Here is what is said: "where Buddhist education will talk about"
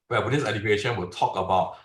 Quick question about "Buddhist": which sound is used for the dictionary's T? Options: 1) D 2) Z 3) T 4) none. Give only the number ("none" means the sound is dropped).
4